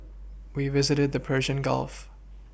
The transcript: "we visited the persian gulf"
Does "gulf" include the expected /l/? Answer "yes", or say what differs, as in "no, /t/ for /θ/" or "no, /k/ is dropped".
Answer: yes